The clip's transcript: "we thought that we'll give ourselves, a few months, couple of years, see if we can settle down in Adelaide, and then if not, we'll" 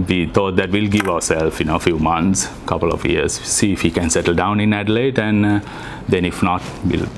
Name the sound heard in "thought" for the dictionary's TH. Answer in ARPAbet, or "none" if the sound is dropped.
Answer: T